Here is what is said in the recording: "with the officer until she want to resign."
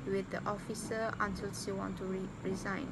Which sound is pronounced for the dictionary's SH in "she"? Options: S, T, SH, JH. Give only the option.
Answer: S